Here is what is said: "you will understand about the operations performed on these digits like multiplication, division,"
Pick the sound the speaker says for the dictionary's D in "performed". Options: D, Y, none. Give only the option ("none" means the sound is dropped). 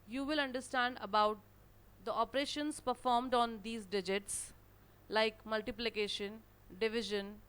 D